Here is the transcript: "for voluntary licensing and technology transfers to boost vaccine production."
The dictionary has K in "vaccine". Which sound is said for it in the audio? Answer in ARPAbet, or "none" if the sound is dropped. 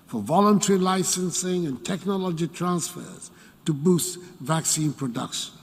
K